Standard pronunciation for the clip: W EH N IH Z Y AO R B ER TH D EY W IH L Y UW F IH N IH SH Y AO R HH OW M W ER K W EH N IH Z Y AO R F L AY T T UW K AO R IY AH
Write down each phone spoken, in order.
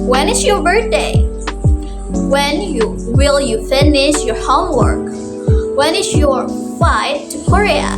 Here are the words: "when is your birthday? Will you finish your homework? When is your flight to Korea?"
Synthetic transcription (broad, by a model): W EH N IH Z Y AO R B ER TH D EY W IH L Y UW F IH N IH SH Y AO R HH OW M W ER K W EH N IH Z Y AO R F AY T T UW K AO R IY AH